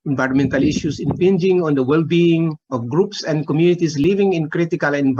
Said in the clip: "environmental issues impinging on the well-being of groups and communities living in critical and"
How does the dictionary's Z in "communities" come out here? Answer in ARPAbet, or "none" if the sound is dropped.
S